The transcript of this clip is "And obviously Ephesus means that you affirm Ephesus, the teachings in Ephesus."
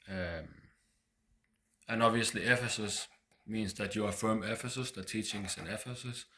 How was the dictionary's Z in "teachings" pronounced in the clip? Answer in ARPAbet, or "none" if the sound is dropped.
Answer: S